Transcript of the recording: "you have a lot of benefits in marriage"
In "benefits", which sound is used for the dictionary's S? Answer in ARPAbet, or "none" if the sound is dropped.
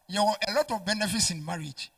S